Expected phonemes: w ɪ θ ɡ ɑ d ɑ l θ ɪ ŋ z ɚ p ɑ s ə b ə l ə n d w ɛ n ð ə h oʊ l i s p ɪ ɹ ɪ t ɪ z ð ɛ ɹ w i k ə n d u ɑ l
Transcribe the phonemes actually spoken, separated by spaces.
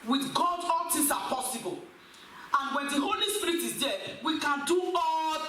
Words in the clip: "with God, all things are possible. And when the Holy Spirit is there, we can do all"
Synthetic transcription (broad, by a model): w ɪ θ ɡ ɑ d ɑ l t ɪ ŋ s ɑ p ɑ s ə b ə l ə n w ɛ n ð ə h oʊ l i s p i ɹ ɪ t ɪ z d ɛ w i k ə n d u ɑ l